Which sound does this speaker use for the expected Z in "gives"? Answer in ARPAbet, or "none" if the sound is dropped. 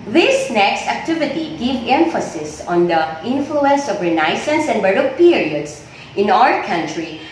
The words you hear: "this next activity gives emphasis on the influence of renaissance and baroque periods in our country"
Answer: none